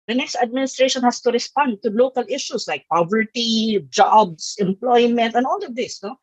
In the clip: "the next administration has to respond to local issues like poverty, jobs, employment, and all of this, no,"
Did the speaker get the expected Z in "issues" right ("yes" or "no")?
no